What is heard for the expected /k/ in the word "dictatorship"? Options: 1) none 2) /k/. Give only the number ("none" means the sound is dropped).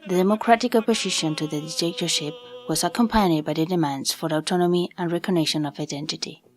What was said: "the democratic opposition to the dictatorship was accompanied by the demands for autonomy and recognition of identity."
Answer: 1